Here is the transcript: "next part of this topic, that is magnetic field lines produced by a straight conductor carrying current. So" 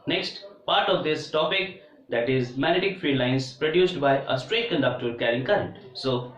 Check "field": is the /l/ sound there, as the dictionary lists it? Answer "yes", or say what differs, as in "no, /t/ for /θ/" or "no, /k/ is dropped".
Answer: no, /l/ is dropped